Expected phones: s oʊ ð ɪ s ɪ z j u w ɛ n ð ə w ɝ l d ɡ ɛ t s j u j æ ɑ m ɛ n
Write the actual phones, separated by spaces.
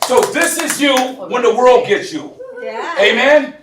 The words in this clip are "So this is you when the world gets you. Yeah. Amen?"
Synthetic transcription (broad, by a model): s oʊ ð ɪ s ɪ z j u w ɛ n ð ə w ɝ l d ɡ ɛ t s j u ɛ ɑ m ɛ n